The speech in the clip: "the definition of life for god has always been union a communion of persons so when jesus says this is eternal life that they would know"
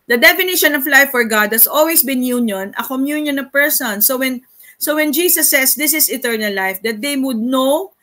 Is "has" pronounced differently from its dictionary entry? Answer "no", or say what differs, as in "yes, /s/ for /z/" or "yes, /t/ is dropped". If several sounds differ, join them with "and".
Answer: yes, /s/ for /z/